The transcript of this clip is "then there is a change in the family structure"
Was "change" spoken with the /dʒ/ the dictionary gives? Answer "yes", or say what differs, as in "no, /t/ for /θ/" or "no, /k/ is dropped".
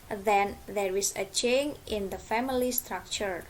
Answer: no, /dʒ/ is dropped